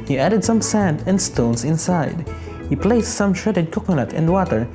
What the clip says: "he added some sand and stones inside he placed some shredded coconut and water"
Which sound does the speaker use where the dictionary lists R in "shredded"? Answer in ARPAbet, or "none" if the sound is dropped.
none